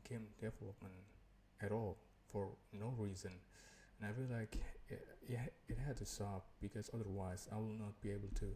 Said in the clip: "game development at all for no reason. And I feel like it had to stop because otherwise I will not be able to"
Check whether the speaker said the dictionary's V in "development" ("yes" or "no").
no